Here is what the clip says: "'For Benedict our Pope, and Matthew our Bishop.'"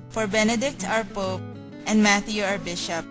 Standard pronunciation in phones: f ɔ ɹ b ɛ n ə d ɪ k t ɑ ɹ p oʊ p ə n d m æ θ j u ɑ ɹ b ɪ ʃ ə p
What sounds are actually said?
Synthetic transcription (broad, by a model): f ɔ ɹ b ɛ n ə d ɪ k t ɑ ɹ p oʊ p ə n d m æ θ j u ɑ ɹ b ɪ ʃ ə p